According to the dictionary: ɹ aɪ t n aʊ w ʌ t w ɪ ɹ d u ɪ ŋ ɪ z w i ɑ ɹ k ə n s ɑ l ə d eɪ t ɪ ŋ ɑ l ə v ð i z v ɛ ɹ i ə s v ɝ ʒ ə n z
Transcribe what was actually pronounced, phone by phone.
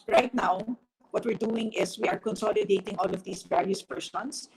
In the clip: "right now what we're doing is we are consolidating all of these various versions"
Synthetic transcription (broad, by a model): ɹ aɪ t n aʊ w ʌ t w ɪ ɹ d u ɪ ŋ ɪ s w i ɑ ɹ k ə n s ɑ l ə d eɪ t ɪ ŋ ɑ l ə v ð i s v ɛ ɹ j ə s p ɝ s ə n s